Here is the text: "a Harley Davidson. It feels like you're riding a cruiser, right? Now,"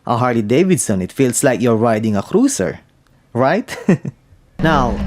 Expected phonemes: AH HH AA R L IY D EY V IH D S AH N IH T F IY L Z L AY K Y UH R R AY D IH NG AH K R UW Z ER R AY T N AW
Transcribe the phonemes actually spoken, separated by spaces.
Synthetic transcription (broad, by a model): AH HH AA R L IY D EY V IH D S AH N IH T F IY L S L AY K Y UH R R AY D IH NG AH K R UW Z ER R AY T N AW